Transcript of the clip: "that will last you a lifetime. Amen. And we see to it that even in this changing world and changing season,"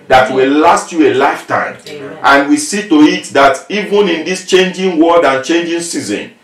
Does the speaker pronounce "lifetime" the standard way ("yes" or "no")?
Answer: no